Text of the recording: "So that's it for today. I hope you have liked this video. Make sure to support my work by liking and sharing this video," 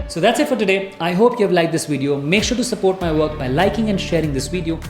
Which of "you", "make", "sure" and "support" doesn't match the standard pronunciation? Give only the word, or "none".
none